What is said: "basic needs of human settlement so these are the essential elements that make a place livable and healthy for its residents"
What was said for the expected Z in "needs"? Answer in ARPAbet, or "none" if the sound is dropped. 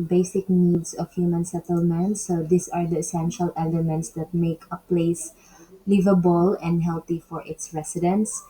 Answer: S